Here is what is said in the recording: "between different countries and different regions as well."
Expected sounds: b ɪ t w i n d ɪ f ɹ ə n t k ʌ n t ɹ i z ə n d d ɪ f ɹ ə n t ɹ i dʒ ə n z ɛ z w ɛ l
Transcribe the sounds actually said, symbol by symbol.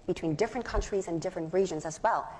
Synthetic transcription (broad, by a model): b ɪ t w i n d ɪ f ɹ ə n k ʌ n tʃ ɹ i z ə n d d ɪ f ɹ ə n t ɹ i dʒ ə n z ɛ z w ɛ l